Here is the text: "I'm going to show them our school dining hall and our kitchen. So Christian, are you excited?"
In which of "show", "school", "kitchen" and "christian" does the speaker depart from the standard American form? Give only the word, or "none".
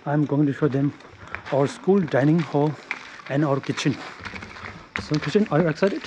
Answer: christian